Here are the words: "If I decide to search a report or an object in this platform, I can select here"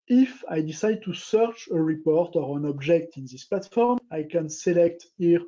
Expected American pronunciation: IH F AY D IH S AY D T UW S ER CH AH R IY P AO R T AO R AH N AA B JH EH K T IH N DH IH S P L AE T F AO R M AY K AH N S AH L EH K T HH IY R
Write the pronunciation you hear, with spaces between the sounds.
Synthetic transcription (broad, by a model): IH F AY D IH S AY D T UW S ER CH AH R IY P AO R T AO R AH N AA B JH EH K T IH N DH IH S P L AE T F AO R M AY K AH N S AH L EH K T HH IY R